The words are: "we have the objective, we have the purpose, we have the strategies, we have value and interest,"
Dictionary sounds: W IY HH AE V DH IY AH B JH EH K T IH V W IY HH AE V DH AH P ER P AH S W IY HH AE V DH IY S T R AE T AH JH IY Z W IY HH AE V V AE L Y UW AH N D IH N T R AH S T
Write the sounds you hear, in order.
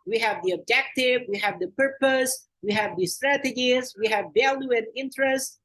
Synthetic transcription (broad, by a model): W IY HH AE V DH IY AH B JH EH K T IH V W IY HH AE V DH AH P ER P AH S W IY HH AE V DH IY S T R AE T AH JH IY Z W IY HH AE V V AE L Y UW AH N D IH N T R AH S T